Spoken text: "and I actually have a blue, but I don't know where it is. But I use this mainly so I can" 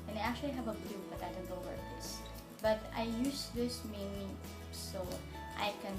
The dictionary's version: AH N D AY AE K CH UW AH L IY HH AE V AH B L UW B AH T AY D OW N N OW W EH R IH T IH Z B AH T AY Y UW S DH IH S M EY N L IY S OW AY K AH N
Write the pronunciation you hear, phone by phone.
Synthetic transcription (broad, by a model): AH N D AY AE K CH UW AH L IY HH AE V AH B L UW B AH T AY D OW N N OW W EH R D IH S B AH T AY Y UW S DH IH S M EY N IY S OW AY K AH N